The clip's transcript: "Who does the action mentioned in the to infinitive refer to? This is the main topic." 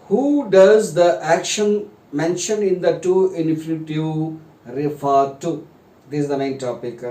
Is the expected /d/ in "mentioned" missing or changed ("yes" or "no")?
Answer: yes